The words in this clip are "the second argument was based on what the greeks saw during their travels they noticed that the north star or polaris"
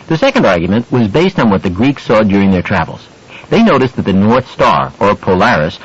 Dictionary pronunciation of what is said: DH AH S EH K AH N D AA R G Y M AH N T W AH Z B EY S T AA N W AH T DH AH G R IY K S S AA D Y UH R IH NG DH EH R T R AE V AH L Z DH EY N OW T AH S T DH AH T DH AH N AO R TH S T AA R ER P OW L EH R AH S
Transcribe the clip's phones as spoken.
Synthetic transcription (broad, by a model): DH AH S EH K AH N D AA R G Y M AH N T W AH Z B EY S T N W AH T DH AH G R IY K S S AA D Y UH R IH NG DH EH R T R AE V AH L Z DH EY N OW T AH S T DH AH T DH AH N AO R TH S T AA R ER P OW L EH R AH S